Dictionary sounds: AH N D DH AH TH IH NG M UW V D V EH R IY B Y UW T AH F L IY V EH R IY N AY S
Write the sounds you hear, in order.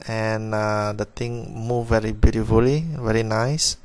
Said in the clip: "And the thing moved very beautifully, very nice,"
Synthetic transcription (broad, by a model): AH N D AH T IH NG M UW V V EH R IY B Y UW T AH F L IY V EH R IY N AY S